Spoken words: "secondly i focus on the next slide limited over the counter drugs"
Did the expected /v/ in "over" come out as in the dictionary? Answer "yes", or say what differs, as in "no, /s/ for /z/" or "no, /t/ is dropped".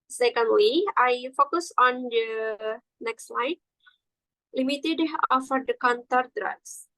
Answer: no, /f/ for /v/